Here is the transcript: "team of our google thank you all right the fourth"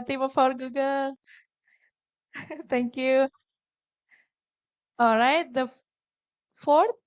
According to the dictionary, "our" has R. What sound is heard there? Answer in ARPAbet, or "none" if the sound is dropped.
R